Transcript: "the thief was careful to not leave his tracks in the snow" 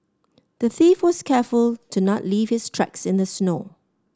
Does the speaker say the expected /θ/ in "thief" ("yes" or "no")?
yes